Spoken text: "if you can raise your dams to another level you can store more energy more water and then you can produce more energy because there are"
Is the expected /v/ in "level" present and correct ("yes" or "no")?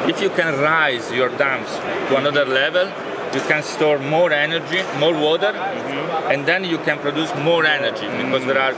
yes